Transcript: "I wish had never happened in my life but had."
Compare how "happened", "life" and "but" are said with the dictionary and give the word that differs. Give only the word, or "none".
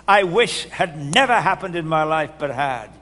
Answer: none